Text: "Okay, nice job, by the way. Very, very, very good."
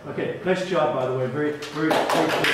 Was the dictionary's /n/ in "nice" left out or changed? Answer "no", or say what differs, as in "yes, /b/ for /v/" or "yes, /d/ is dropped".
yes, /l/ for /n/